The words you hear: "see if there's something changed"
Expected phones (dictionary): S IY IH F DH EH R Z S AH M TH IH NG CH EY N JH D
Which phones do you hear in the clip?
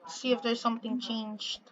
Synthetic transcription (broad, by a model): S IY IH F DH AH R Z S AH M TH IH NG CH EY N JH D